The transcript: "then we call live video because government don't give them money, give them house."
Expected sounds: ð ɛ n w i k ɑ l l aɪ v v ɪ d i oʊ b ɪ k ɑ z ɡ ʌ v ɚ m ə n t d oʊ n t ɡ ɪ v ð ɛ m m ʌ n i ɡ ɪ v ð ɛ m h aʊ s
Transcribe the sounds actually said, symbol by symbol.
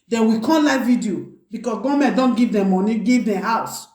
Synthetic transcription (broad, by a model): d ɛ n w i k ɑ n l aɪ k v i d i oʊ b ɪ k ɑ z ɡ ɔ m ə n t d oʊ n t ɡ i v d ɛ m m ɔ n i ɡ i v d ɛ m h aʊ s